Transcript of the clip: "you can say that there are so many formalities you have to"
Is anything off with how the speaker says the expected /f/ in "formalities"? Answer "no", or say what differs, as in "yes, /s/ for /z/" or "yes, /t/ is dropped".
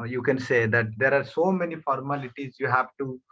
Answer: no